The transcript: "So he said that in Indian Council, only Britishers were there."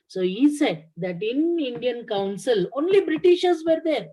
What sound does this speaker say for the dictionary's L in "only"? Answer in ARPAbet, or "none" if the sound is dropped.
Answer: L